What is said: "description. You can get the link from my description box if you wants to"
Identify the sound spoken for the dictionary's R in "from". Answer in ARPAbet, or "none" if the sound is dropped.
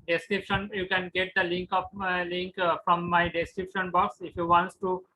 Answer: L